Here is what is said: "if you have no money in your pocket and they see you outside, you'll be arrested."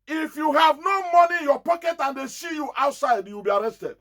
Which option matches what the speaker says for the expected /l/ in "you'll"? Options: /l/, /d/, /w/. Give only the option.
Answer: /w/